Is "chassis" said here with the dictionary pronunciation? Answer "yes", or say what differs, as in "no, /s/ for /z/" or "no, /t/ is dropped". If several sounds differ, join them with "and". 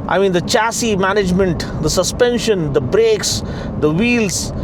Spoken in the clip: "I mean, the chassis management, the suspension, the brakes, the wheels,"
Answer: yes